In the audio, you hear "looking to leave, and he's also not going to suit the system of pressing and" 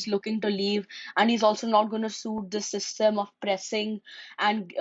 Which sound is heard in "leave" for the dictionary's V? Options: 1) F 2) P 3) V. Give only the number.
3